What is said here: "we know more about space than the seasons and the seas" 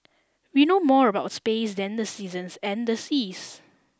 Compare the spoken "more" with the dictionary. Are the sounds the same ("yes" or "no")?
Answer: yes